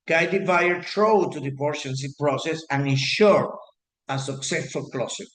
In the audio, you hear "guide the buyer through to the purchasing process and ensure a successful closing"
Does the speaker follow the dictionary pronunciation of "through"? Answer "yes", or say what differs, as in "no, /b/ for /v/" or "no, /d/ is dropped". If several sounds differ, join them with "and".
no, /t/ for /θ/